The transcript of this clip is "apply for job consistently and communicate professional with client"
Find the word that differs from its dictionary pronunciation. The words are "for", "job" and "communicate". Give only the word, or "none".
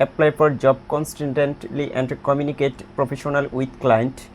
for